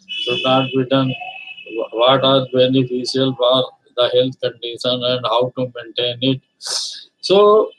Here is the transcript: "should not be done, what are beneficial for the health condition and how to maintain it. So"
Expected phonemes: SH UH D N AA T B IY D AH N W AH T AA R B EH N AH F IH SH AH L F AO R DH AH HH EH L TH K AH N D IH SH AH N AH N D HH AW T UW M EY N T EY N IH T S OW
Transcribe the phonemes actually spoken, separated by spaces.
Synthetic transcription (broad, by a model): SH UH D N AA T B IY D AH N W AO T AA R B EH N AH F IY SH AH L F AO R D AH HH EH L T K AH N D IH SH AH N AH N D HH AW T UW M EY N T EY N IH T S OW